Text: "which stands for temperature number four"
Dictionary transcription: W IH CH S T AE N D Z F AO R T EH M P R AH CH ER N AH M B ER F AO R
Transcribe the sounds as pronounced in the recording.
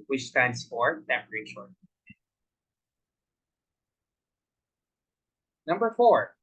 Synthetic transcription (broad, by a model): W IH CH S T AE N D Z F AO R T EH P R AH SH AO N AH M B ER F AO R